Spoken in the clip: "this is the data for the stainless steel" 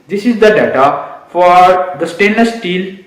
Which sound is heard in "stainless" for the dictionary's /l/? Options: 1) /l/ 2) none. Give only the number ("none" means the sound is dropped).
2